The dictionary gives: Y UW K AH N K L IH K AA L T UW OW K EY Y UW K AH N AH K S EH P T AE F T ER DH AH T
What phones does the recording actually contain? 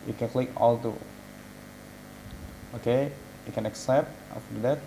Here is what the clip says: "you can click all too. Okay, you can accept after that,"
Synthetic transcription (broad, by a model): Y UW K AH N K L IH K AA L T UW OW K EY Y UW K AH N AH K S EH P T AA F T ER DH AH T